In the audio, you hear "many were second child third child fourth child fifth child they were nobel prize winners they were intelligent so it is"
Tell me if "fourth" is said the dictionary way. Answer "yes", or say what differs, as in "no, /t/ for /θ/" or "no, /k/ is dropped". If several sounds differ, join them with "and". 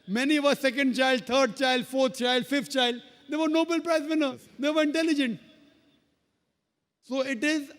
no, /t/ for /θ/